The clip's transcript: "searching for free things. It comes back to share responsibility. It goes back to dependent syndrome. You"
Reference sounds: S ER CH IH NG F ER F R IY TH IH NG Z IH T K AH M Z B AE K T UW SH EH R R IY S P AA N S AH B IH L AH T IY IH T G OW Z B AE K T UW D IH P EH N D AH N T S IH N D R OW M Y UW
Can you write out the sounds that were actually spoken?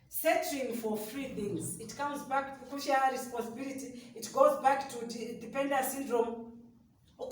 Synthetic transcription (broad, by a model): S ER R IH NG F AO F R IY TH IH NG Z IH T K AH M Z B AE K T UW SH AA L R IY S P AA N S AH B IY L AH T IY IH T G OW Z B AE K T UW D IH P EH N D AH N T S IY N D R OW M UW